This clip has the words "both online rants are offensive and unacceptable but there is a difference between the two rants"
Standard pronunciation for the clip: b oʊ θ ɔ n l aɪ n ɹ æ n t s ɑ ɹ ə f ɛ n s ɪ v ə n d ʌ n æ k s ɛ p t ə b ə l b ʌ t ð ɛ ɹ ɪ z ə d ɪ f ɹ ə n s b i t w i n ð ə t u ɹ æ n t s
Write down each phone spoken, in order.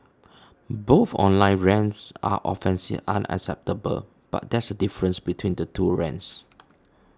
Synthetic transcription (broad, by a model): b oʊ θ ɔ n l aɪ n ɹ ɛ n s ɑ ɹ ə f ɛ n s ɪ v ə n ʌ n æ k s ɛ p t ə b ə l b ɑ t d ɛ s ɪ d ə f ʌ ɹ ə n s b i t w i n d ə t u ɹ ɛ n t s